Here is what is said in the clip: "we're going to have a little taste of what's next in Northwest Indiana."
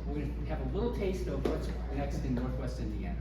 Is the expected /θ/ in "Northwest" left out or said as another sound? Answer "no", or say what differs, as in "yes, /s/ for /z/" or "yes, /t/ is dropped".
no